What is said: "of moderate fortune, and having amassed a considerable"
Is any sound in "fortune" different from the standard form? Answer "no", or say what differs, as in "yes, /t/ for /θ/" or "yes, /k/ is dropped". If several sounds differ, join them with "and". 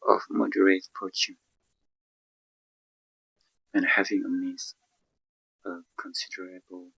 yes, /p/ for /f/